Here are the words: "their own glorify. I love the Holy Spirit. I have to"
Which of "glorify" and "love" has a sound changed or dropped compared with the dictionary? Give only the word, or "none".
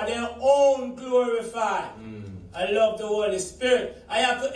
none